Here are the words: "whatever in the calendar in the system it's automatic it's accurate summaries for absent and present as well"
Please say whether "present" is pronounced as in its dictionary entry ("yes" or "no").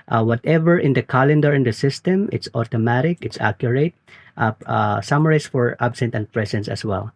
no